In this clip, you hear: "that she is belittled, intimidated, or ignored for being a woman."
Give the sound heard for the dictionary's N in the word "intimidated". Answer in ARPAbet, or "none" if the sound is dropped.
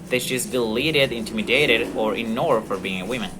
N